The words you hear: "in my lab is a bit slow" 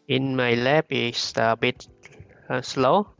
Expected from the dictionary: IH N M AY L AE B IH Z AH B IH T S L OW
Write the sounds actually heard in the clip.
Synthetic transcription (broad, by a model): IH N M AY L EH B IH S AH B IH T S L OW